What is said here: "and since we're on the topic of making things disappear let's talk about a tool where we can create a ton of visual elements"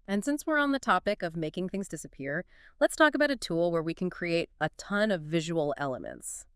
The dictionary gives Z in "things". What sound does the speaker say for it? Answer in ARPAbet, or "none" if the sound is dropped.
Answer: Z